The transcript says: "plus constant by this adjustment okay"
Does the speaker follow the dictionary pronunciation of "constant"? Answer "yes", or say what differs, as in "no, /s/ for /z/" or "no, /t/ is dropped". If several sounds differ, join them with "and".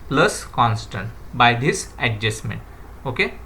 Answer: yes